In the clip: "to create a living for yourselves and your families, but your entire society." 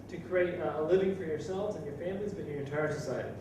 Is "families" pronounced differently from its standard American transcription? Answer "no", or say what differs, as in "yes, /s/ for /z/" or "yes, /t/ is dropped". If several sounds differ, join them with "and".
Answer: no